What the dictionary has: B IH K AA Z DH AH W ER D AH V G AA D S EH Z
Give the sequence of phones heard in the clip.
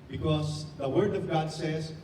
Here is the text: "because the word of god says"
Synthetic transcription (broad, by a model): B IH K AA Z DH AH W ER D AH V G AA D S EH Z